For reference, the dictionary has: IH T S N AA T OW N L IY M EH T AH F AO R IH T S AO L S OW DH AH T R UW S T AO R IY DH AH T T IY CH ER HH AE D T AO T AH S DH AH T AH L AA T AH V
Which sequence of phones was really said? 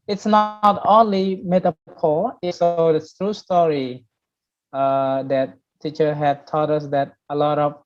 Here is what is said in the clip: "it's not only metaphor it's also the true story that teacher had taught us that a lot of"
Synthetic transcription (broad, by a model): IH T S N AA T OW N L IY M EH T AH P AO L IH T S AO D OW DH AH T R UW S T AO R IY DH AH T T IY CH ER HH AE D T AO T AH S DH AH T AH L AA T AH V